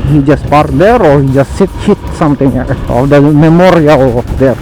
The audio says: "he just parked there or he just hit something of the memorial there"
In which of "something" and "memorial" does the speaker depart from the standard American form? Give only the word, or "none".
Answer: something